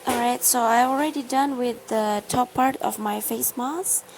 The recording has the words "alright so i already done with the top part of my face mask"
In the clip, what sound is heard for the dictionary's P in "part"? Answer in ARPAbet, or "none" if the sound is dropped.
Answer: P